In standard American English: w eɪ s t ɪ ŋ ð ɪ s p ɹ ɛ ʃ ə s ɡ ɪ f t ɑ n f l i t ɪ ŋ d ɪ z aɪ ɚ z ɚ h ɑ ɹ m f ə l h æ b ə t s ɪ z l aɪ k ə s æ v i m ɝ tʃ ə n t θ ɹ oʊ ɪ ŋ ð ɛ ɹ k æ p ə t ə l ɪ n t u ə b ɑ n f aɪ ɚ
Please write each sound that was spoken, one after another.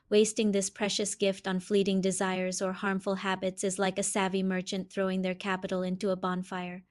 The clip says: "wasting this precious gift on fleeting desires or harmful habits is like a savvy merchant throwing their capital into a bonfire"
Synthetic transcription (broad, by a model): w eɪ s t ɪ ŋ ð ɪ s p ɹ ɛ ʃ ə s ɡ ɪ f t n f l i t ɪ ŋ d ɪ z aɪ ɚ z ɚ h ɑ ɹ m f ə l h æ b ə t s ɪ z l aɪ k ə s æ v i m ɝ tʃ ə n θ ɹ oʊ ɪ ŋ ð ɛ ɹ k æ p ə t l ɪ n t u ə b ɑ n f aɪ ɚ